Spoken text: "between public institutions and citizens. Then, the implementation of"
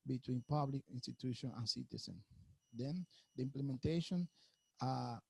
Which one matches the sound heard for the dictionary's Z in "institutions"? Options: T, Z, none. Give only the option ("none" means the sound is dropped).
none